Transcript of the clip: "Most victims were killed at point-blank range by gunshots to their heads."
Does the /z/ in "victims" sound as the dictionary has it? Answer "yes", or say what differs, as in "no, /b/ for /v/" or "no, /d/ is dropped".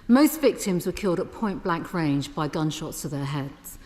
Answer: yes